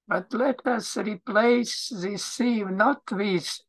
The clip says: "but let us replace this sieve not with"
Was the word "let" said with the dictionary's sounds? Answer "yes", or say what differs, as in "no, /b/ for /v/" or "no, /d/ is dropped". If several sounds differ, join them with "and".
yes